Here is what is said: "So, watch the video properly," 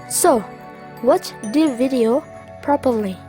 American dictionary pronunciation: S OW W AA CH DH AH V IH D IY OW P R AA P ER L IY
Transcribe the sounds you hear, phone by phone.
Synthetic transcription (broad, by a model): S OW W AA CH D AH V IH D IY OW P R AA P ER L IY